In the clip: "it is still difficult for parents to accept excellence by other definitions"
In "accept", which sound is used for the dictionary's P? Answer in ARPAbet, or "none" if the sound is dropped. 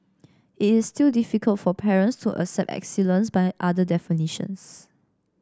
none